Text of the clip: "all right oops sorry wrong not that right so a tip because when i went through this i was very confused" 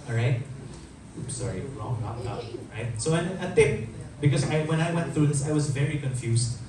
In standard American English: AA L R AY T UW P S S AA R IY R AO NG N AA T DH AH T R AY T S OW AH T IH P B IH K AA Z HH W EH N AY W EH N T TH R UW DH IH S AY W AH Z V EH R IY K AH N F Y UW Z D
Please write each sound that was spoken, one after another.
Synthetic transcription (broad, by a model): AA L R AY T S S AA R IY L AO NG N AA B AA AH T R AY T S OW AH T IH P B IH K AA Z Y W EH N AY W EH N T TH R UW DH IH S AY W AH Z V EH R IY K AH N F Y UW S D